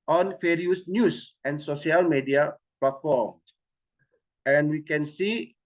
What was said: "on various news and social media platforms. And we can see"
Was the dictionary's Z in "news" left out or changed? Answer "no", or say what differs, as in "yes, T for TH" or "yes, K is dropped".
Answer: yes, S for Z